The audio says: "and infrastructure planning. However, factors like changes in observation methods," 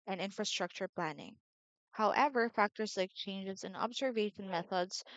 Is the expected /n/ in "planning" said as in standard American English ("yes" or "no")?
yes